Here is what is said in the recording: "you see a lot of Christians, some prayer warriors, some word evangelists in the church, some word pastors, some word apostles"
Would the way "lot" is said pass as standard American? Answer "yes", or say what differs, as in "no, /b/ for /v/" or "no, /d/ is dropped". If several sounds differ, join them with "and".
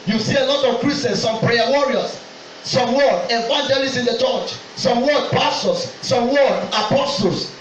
yes